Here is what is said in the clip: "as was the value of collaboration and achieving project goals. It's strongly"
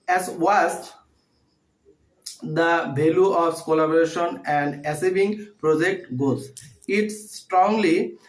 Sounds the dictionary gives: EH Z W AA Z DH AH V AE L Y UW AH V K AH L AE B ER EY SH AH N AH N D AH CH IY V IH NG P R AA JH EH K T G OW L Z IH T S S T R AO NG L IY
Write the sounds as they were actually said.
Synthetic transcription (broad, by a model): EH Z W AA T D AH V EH L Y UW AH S K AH L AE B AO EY SH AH N AH N D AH S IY B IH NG P R AA JH EH K T G OW Z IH T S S T R AO NG L IY